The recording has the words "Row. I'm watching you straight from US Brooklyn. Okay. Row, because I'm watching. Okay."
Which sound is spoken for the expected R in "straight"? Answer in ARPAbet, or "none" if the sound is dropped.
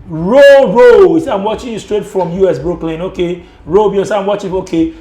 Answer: R